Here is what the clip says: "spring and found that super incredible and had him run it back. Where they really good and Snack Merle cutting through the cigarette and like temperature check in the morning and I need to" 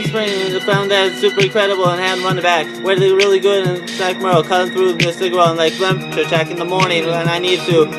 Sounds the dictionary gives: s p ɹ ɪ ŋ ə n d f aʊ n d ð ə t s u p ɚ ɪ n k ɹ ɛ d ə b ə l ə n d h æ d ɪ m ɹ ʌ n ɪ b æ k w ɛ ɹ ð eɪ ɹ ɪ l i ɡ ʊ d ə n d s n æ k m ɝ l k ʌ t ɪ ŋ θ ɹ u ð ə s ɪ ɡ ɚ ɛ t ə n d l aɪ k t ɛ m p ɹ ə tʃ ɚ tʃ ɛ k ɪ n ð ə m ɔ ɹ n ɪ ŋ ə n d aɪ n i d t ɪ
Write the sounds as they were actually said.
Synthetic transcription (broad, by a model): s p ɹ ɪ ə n f aʊ n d ð ə t s u p ɚ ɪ k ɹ ɛ d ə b l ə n h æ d ɹ ʌ n b æ k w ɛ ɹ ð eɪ ɹ ɪ l i ɡ ʊ d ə n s æ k m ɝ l k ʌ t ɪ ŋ θ ɹ u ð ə s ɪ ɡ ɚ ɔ ə n l aɪ k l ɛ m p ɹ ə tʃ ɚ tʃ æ k ɪ n ð ə m ɔ ɹ n ɪ ŋ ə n aɪ n i d t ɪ